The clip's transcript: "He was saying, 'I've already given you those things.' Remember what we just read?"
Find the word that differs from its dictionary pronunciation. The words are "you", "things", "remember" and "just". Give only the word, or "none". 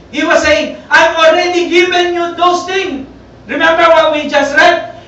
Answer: things